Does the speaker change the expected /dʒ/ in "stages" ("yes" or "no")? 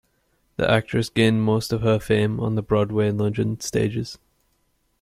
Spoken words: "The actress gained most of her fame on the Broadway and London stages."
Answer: no